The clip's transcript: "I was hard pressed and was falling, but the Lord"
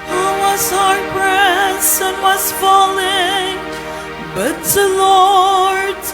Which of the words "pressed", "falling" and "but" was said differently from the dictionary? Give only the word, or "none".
pressed